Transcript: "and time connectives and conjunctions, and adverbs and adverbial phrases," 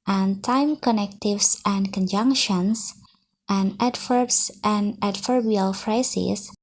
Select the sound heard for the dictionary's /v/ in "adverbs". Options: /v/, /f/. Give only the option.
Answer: /f/